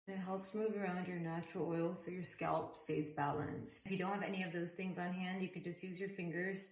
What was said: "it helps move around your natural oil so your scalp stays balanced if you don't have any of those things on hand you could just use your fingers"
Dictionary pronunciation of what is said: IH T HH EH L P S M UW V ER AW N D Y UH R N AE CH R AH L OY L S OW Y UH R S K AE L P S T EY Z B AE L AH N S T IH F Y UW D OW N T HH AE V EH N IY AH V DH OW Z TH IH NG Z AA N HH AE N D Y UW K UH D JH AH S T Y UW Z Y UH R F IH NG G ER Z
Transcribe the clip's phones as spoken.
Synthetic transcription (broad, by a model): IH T HH EH L P S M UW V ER AW N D Y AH R N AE CH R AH L OY L S OW Y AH R S K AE L P S T EY Z B AE L AH N S T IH F Y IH D OW N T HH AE V EH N IY AH V DH OW Z TH IH NG Z N HH AE N D Y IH K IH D JH AH S T Y UW Z Y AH R F IH NG G ER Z